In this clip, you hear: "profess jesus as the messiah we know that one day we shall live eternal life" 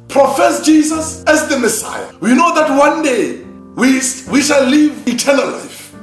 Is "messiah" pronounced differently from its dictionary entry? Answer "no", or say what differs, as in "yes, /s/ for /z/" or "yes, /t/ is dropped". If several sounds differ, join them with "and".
no